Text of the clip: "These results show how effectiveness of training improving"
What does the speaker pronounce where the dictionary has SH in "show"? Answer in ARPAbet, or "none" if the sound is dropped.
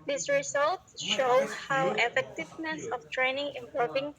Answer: SH